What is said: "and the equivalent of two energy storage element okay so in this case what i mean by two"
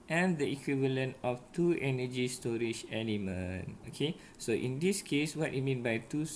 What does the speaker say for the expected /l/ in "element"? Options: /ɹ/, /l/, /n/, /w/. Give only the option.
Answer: /n/